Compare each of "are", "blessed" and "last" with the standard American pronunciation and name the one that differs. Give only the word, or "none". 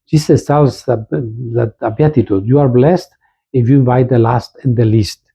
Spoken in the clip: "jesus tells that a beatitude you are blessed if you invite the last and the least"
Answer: none